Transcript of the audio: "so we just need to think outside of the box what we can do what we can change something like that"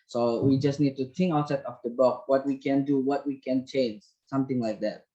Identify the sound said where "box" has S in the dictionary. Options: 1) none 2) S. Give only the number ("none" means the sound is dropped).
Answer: 1